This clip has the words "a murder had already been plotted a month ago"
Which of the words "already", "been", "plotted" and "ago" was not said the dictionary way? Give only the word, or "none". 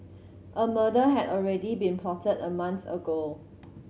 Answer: plotted